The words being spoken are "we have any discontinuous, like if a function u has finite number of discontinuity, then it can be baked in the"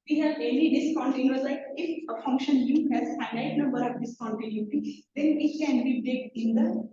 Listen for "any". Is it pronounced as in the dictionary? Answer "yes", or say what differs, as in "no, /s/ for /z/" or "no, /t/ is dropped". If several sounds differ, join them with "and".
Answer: no, /l/ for /n/